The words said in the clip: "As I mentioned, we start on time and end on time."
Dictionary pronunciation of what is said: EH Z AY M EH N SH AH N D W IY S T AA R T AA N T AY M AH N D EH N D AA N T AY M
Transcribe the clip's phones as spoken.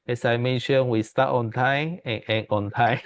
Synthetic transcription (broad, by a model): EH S AY M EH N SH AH N W IY S T AA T AA N T AY M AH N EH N AA N T AY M